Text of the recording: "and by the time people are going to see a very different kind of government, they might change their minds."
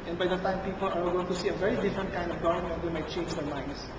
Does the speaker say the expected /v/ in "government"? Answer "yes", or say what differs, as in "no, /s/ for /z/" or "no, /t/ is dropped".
no, /v/ is dropped